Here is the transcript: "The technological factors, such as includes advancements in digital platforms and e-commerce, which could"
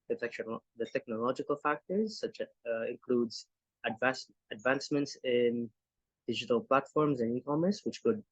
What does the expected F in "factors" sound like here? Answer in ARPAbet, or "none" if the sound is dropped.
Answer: F